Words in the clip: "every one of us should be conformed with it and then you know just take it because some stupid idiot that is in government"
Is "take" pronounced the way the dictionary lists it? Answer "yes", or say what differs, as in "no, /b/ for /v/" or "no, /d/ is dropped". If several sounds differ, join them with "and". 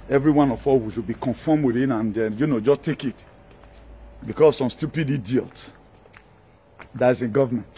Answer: yes